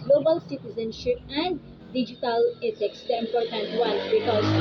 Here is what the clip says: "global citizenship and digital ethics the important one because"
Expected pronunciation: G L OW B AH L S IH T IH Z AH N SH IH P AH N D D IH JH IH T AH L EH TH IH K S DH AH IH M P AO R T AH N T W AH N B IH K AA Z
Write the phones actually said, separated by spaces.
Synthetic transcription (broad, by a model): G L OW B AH L S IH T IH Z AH N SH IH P AH N D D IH JH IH T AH L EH S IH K S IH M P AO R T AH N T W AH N B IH K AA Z